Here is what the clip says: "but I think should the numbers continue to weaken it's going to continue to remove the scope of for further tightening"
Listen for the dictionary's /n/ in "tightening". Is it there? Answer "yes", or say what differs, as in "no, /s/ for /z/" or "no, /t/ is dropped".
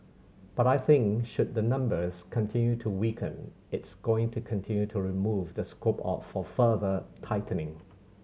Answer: yes